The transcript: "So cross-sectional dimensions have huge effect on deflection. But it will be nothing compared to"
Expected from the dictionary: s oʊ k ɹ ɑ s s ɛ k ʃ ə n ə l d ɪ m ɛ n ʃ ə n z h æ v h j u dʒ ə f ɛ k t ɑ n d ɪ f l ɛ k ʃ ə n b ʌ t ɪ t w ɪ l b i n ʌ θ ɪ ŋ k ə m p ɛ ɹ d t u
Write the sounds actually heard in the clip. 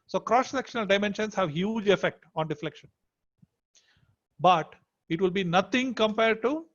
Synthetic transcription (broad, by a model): s oʊ k ɹ ɑ s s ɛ k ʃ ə n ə l d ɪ m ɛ n ʃ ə n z h æ v h j u dʒ ə f ɛ k t ɑ n d ɪ f l ɛ k ʃ ə n b ʌ t ɪ t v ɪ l b i n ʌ t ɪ ŋ k ə m p ɛ ɹ d t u